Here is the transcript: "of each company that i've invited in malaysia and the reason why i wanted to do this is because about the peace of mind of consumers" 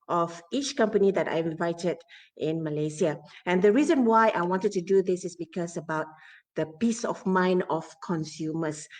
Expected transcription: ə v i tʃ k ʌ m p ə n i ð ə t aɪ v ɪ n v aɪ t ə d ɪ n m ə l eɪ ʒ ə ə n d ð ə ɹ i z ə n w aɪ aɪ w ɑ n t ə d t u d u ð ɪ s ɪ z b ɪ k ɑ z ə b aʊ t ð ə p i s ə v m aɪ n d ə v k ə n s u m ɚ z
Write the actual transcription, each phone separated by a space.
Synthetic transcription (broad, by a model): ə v i tʃ k ʌ m p ə n i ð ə t aɪ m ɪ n v aɪ t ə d ɪ n m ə l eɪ s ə ə n d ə ɹ i z ə n w aɪ aɪ w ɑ n t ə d t u d u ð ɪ s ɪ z b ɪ k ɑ s ə b aʊ t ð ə p i s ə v m aɪ n ə f k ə n s u m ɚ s